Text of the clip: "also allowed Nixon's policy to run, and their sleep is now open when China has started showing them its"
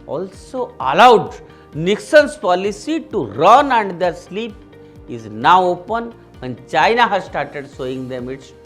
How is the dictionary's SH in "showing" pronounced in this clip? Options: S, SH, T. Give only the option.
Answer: S